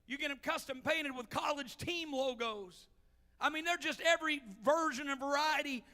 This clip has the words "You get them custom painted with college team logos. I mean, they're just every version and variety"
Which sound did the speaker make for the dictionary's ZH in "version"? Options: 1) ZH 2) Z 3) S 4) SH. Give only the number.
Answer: 1